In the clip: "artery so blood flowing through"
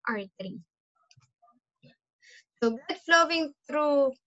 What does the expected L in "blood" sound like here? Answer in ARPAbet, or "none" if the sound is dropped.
none